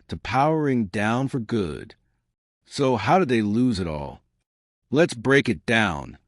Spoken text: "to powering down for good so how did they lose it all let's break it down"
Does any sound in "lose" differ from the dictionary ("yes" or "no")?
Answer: no